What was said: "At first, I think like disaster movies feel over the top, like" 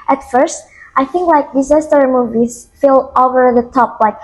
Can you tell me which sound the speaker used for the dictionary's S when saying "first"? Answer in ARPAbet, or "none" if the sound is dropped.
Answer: S